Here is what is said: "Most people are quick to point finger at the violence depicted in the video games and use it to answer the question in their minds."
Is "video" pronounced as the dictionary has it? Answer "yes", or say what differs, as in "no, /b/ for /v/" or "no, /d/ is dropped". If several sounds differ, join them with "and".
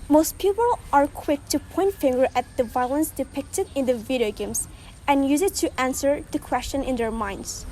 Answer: yes